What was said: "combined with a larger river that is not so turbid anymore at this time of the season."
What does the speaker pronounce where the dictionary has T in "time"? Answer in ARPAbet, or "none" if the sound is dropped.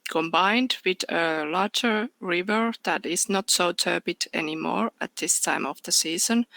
T